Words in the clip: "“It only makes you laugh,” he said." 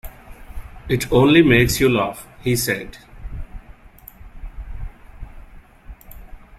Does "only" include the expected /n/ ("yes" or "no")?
yes